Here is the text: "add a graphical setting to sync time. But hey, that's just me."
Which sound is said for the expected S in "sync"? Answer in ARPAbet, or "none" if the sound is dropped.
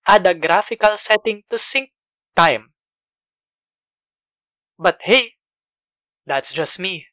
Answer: S